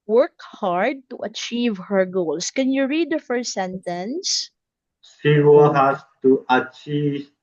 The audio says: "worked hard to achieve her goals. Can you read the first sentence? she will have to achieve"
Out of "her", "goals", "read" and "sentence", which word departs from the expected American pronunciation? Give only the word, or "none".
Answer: goals